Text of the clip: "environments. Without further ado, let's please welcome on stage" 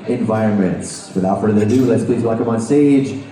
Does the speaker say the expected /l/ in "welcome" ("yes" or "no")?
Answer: no